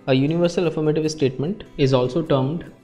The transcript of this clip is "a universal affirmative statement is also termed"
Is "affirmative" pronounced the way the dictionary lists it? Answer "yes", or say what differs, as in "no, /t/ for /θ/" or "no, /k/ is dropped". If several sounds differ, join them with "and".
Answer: yes